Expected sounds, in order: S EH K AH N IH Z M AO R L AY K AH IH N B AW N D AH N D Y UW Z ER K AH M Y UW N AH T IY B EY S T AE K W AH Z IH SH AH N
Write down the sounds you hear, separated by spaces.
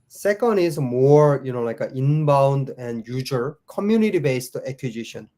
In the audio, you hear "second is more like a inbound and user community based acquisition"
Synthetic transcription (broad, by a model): S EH K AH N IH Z M AO R L AY K AH IH N B AW N D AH N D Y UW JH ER K AH M Y UW N AH T IY B EY S T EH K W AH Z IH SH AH N